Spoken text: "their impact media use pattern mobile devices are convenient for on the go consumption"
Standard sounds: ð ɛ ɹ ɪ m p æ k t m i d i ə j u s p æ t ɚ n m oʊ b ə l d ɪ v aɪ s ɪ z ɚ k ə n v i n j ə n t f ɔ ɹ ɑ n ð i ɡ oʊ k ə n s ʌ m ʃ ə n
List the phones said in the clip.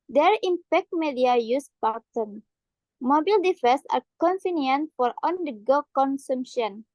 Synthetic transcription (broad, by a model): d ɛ ɹ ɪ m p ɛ k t m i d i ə j u s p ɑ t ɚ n m oʊ b ə l d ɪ f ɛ s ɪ k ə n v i n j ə n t f ɔ ɹ ɑ n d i ɡ oʊ k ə n s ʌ m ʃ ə n